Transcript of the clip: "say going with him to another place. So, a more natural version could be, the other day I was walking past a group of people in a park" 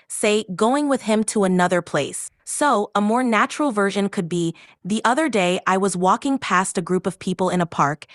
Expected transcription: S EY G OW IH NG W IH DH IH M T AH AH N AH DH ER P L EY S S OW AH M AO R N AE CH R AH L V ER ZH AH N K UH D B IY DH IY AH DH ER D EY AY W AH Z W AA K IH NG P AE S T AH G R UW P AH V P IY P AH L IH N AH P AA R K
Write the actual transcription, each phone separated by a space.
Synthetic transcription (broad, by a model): S EY G OW IH NG W IH DH IH M T AH AH N AH DH ER P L EY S S OW AH M AO R N AE CH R L V ER ZH AH N K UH D B IY DH IY AH DH ER D EY AY W AH Z W AA K IH NG P AE S T AH G R UW P AH V P IY P L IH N AH P AA R K